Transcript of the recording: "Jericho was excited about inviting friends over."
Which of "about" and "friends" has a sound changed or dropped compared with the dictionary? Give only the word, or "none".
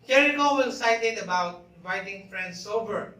friends